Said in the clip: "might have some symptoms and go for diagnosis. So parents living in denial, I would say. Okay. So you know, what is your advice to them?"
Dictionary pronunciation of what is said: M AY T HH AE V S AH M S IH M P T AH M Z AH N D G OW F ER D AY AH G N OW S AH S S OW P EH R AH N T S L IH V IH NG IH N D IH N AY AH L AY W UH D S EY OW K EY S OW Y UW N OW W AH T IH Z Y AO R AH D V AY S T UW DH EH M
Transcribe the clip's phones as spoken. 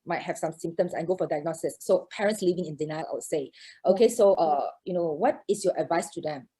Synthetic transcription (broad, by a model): M AY T HH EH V S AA M S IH M T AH M S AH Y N G OW F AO D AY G N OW S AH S S OW P EH R AH N T S L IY V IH NG IH N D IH N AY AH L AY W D S EY OW K EY S OW Y UW N OW W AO T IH S Y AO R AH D V AY S T UW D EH M